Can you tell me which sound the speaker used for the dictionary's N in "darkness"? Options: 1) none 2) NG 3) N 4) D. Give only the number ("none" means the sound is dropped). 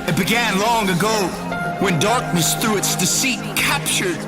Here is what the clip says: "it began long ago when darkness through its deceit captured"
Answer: 3